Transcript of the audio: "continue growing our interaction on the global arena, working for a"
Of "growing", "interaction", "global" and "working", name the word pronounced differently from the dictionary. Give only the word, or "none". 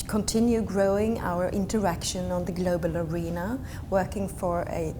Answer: none